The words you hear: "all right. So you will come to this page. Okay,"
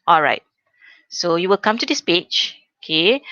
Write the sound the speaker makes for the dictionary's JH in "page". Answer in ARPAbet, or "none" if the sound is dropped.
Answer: CH